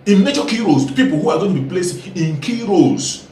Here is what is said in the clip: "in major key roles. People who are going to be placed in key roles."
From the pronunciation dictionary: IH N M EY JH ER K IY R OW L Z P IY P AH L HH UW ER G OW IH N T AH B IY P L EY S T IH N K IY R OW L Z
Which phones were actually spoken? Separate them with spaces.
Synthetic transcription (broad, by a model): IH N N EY CH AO K IY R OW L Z P IY P AH L HH UW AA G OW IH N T B IY P L EY S IH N K IY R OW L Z